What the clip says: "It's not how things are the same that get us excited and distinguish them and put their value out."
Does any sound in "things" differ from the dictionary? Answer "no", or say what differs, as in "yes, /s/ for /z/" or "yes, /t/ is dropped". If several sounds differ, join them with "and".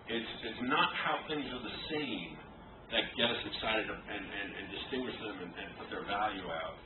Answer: no